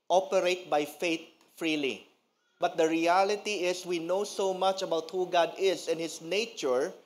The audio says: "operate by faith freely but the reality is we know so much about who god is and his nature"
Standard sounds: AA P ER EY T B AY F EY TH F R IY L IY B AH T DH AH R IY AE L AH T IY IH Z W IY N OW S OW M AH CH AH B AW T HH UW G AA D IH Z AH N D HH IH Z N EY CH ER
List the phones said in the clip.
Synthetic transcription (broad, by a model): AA P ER EY T B AY F EY T F R IY L IY B AH T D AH R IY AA L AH T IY IH S W IY N OW S OW M AH CH AH B AW T HH UW G AA D IH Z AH N HH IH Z N EY CH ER